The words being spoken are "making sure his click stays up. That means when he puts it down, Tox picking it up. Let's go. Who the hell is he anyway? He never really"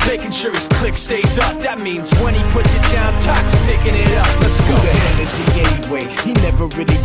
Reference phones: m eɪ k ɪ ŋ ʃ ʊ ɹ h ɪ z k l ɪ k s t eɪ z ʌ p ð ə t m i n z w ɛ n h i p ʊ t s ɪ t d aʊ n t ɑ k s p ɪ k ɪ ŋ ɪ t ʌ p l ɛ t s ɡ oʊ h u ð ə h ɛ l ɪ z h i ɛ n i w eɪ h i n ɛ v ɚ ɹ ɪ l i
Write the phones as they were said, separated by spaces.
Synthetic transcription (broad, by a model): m eɪ k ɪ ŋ ʃ ʊ ɹ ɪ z k l ɪ k s t eɪ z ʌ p ð ə t m i n z w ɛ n i p ʊ t s ɪ t d aʊ n t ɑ k s p ɪ k ɪ ŋ ɪ t ʌ p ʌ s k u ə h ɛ n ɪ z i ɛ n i w eɪ h i n ɛ v ɚ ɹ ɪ l i